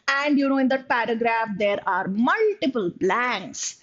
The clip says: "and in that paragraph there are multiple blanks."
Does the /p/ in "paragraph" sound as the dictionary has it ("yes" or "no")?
yes